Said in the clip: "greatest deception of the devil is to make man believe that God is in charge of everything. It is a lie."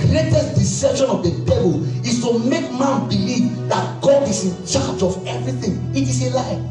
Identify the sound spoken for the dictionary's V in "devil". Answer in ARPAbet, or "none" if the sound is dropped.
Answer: B